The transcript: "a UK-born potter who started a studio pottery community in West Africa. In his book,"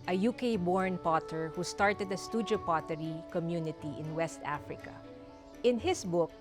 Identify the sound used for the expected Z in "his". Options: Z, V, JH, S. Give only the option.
S